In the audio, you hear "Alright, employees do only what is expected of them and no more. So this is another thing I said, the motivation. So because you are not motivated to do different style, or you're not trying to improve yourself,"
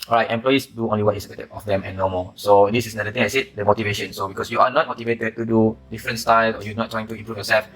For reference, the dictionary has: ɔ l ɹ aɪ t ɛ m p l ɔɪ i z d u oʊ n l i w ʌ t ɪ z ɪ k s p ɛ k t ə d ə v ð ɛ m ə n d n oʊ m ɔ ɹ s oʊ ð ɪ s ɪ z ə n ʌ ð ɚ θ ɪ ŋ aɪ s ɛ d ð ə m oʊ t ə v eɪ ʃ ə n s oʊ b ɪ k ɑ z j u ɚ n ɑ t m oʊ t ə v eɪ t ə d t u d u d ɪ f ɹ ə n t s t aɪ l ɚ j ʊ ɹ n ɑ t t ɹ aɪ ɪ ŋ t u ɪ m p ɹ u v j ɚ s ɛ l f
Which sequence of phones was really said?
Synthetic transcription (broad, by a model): ɔ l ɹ aɪ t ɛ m p l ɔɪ i s d u oʊ n l i w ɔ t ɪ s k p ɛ t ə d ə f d ɛ m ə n n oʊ m ɔ s oʊ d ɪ s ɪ s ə n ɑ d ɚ t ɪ ŋ aɪ s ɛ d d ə m oʊ t ə v eɪ ʃ ə n s oʊ b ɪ k ɑ s j u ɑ n ɑ t m oʊ t ə v eɪ t ə d t u d u d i f ɹ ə n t s t aɪ l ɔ j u n ɑ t t ɹ aɪ ɪ ŋ t u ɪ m p ɹ u f j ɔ s ɛ l f